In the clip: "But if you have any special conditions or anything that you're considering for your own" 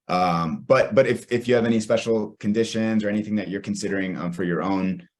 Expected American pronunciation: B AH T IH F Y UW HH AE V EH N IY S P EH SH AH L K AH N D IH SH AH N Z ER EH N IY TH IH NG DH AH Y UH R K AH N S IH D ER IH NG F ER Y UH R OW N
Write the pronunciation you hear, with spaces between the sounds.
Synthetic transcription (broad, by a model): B AH T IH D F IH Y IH V EH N IY S P EH SH L K AH N D IH SH AH N Z ER EH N IY TH IH NG DH AH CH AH R K N S IH D ER IH NG F ER Y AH R OW N